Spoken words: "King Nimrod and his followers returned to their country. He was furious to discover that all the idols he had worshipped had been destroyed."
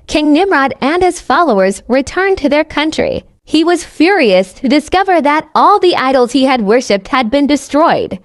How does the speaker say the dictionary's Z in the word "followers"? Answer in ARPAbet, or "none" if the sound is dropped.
Z